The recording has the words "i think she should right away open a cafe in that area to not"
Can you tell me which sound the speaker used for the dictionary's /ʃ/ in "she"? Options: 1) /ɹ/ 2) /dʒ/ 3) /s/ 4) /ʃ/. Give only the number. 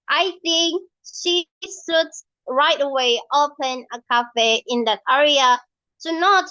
4